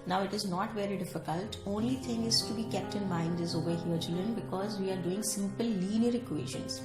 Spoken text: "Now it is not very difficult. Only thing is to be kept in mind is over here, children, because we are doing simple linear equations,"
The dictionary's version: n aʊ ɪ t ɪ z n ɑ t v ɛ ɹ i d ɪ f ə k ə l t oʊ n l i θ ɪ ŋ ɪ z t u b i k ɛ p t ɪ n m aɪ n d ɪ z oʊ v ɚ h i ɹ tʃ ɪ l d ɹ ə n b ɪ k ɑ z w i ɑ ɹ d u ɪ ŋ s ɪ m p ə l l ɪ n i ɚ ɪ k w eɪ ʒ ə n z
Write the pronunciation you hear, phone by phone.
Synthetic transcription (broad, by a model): n aʊ ɪ t ɪ z n ɑ t v ɛ ɹ i d ɪ f ə k ə l t oʊ n l i t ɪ ŋ ɪ z t u b i k ɛ p t ɪ n m aɪ n d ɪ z oʊ v ɚ h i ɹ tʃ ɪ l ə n b ɪ k ɑ z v i ɑ ɹ d u ɪ ŋ s ɪ m p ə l l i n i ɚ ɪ k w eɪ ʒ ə n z